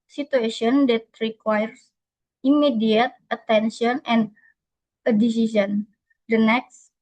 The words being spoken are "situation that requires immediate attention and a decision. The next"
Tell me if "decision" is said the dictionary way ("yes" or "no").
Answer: no